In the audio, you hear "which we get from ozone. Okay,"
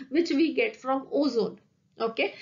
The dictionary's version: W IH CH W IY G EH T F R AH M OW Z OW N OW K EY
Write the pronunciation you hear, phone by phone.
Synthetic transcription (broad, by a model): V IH CH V IY G EH T F R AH M OW Z OW N OW K EY